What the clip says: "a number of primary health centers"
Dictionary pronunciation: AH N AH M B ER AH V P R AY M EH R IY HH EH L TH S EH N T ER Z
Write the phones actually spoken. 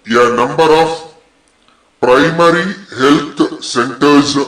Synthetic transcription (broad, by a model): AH N AH M B ER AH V P R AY M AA R IY HH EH L T S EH N T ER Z